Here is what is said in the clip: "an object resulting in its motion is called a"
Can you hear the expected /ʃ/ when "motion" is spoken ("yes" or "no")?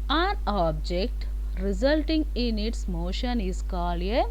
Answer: yes